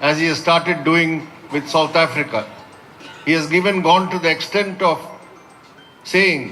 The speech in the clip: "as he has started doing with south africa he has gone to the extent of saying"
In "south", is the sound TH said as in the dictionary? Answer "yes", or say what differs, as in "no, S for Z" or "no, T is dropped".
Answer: no, T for TH